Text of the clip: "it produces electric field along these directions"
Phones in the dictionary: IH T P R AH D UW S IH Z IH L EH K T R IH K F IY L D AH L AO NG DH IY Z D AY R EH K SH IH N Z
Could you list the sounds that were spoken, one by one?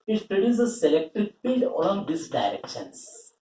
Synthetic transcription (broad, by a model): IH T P R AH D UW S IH S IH L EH K T IH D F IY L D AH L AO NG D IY S D AY R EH K SH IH N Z